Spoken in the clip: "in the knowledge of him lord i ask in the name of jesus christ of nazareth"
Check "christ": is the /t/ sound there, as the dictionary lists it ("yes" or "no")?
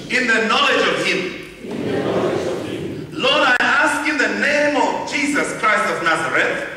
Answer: yes